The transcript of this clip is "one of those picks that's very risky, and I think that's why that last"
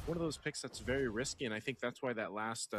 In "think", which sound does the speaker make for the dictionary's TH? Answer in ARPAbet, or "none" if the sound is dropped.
TH